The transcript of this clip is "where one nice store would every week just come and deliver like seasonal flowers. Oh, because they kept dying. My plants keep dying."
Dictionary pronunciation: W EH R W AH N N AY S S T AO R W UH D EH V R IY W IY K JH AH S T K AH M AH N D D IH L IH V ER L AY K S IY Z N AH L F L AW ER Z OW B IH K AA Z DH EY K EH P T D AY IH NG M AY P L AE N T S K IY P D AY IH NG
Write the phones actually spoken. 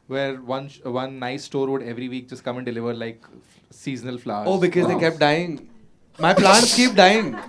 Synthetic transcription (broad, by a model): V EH R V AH N N AY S S T AO R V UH D EH V R IY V IY K JH AH S T K AH M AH N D D IH L IH V ER L AY K S IY Z N AH L F L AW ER OW B IH K AA Z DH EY K EH P T D AY IH NG M AY P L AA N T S K IY P D AY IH NG